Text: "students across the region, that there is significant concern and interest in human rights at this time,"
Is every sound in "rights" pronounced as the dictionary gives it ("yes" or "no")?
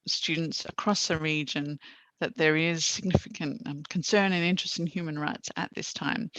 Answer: yes